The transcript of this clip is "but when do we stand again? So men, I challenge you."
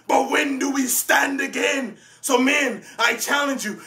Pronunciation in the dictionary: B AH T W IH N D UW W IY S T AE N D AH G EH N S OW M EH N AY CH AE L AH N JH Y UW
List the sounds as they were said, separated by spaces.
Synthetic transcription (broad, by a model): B AH T W IH N D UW W IY S T AE N D AH G EH N S OW M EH N AY CH AE L AH N JH Y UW